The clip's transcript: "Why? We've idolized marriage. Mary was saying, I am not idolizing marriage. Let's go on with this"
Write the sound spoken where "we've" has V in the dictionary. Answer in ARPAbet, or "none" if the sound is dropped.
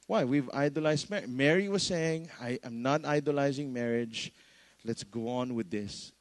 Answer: V